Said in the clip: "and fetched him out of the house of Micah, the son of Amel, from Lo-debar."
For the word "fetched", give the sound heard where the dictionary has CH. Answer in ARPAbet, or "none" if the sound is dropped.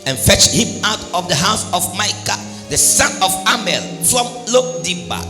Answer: CH